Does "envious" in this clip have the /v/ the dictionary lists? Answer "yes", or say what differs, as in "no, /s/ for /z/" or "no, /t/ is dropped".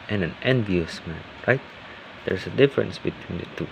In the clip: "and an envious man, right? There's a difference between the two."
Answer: yes